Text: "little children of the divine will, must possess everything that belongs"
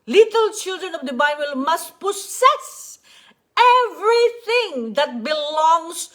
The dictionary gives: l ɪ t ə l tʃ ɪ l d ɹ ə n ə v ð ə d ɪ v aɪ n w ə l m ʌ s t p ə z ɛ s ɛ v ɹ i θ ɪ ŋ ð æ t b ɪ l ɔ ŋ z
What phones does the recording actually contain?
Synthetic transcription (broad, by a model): l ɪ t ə l tʃ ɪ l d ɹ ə n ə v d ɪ b aɪ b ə l m ʌ s t p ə s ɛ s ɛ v ɹ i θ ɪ ŋ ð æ t b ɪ l ɔ ŋ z